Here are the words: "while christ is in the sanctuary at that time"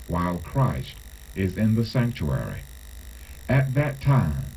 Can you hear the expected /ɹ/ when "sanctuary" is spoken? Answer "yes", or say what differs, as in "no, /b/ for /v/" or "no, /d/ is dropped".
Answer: yes